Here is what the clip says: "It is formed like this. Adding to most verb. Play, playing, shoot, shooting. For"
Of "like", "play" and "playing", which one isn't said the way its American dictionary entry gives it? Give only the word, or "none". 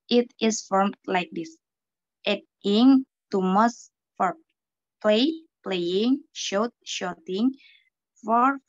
none